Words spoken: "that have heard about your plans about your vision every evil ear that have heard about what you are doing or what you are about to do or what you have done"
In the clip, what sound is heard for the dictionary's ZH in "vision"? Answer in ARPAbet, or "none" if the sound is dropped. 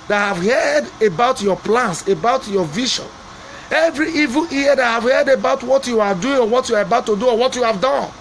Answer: SH